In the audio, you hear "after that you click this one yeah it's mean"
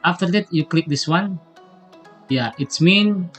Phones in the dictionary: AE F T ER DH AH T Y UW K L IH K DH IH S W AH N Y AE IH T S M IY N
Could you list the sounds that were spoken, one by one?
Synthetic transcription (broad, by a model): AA F T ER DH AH T Y UW K L IH K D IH S W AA N Y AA IH T S M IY N